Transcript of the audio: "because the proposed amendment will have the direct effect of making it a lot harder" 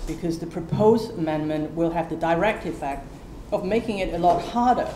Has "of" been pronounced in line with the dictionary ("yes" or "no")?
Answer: yes